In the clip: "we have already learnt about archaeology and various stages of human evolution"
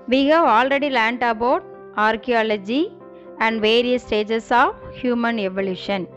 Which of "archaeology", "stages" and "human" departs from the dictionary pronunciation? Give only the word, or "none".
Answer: stages